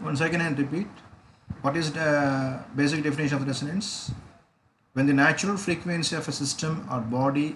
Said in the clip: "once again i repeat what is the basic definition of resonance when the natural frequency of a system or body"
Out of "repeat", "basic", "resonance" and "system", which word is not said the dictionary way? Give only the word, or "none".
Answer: resonance